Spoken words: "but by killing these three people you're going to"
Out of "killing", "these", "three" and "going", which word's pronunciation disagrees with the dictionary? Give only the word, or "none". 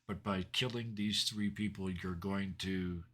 none